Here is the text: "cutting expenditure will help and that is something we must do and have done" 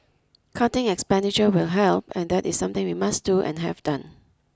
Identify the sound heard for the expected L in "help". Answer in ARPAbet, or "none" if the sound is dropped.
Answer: L